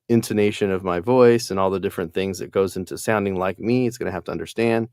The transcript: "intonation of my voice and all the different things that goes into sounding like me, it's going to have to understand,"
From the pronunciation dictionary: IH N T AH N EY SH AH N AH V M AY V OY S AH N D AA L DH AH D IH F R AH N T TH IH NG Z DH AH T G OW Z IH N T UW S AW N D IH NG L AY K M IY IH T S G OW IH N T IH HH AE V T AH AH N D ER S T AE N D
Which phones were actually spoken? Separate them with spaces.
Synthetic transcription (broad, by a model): IH N T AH N EY SH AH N AH V M AY V OY S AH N AA L DH AH D IH F R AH N TH IH NG Z DH AH T G OW Z IH N T UW S AW N D IH NG L AY K M IY IH T S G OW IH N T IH HH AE F T AH AH N D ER S T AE N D